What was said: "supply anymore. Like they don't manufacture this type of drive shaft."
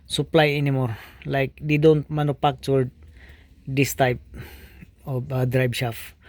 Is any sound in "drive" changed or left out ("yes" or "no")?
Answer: yes